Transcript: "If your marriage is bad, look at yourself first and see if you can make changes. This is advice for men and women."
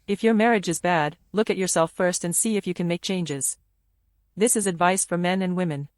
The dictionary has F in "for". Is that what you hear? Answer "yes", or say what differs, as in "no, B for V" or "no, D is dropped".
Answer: yes